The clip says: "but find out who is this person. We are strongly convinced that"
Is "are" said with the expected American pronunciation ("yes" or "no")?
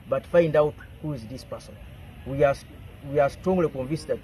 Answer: no